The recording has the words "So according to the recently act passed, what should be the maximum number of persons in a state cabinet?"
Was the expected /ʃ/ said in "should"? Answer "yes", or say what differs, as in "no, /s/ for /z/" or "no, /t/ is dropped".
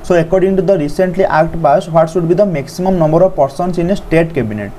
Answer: no, /s/ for /ʃ/